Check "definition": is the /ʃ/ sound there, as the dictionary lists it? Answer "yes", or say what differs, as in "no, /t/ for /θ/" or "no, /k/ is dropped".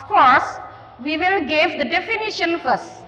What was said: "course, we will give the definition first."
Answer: yes